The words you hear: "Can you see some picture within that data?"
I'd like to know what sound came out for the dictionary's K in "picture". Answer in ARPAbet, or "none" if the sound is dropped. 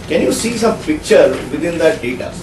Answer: K